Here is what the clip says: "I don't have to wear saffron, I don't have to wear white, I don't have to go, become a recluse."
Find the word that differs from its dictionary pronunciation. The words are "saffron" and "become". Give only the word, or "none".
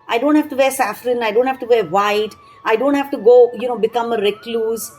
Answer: none